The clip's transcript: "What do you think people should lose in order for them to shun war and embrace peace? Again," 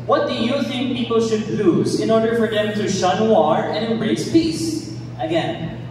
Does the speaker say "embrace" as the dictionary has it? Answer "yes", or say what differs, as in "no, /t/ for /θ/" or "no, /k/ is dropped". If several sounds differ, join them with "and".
no, /m/ is dropped